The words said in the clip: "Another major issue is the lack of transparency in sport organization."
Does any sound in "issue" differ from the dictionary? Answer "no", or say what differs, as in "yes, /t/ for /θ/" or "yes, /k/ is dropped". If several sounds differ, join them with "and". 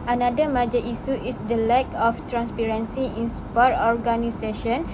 yes, /s/ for /ʃ/